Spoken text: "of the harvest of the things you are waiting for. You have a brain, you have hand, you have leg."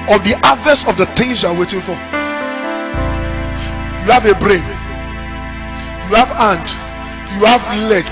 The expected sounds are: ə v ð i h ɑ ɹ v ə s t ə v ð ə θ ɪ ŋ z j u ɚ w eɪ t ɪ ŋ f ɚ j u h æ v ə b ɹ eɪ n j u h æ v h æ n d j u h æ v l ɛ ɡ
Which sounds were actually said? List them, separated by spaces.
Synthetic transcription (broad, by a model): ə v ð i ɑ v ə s ə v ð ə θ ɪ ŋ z j u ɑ w eɪ t ɪ ŋ f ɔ j u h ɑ v ə b ɹ eɪ n j u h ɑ v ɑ n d j u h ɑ v l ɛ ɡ